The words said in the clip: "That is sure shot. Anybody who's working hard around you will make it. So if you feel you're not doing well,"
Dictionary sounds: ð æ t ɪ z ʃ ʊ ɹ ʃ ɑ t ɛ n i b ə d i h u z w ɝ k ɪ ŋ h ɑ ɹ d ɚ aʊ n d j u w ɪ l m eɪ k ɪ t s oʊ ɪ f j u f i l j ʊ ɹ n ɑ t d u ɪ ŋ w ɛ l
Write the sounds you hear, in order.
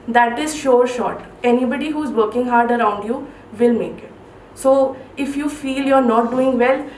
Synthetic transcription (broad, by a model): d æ t ɪ z ʃ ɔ ɹ ʃ ɑ t ɛ n i b ə d i h u z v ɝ k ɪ ŋ h ɑ ɹ d ɚ aʊ n d j u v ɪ l m eɪ k ɪ t s oʊ ɪ f j u f i l j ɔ ɹ n ɑ t d u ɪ ŋ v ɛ l